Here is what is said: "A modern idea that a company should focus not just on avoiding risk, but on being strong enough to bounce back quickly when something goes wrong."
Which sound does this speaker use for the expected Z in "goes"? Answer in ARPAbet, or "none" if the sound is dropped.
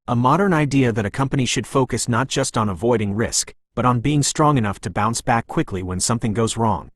Z